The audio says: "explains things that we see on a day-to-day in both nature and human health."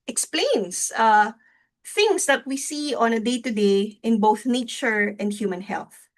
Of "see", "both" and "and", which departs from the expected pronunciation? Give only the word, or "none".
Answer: none